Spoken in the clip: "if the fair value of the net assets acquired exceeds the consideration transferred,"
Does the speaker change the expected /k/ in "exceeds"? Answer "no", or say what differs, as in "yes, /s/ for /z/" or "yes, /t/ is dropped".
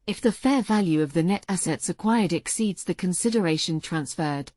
no